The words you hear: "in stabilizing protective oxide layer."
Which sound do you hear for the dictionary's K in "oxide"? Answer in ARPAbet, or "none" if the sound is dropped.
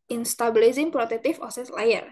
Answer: none